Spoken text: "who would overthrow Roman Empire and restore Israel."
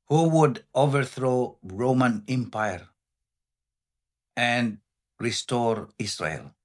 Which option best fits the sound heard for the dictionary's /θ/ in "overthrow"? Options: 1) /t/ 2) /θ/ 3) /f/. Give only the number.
2